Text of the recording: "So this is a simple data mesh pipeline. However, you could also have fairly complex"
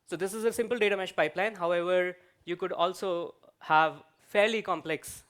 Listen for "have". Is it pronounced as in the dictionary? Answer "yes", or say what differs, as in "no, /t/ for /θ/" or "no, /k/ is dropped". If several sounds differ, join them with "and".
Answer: yes